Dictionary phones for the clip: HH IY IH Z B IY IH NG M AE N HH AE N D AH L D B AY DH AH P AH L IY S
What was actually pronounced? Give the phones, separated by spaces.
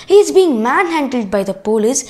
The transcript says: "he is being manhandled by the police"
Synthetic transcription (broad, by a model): HH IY IH Z B IY IH NG M AE N HH AE N D AH L D B AY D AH P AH L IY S